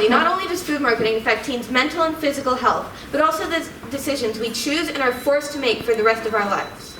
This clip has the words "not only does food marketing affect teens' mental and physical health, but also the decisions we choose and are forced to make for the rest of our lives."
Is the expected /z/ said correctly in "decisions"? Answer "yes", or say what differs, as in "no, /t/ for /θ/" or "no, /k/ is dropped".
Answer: yes